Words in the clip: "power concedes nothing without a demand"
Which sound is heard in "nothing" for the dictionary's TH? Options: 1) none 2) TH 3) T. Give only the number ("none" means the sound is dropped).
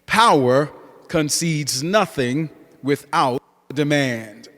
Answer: 2